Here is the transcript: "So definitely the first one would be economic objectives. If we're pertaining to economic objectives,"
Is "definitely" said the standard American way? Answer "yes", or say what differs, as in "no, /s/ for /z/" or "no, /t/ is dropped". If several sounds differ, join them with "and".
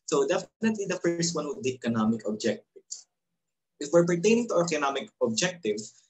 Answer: yes